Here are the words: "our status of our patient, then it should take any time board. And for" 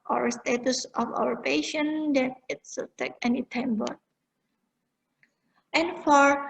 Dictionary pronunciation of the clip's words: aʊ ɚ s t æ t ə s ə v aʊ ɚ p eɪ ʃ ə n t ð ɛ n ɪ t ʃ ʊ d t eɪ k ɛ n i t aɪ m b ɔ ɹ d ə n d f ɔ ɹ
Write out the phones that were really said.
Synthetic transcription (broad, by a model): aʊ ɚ s t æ t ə s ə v aʊ ɚ p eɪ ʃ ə n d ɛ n ɪ t s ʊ t eɪ k ɛ n i t aɪ m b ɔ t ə n f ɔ ɹ